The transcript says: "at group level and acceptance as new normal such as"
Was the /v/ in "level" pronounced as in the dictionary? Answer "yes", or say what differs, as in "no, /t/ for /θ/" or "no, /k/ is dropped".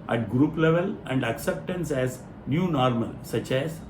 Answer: yes